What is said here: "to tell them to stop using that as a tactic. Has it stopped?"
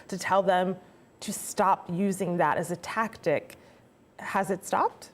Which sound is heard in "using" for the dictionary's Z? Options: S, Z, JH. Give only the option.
Z